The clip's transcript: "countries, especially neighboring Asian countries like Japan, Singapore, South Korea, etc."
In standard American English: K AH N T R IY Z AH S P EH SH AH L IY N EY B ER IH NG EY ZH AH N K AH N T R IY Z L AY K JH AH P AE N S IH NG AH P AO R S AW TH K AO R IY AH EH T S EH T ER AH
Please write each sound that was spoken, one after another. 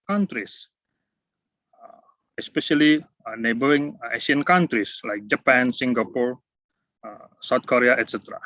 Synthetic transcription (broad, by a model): K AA N T R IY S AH S P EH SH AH L IY N EY B ER IH NG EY SH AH N K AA N T R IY S L AY K JH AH P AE N S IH NG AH P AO R S AW T K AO R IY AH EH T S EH T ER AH